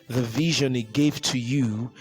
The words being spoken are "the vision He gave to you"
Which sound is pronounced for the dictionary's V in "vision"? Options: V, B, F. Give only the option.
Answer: V